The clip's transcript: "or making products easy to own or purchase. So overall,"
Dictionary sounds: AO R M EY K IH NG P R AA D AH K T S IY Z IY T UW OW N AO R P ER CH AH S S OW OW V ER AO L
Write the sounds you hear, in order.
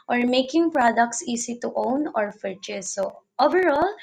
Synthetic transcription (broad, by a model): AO R M EY K IH NG P R AA D AH K T S IY S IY T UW OW N AO R F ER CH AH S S OW OW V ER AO L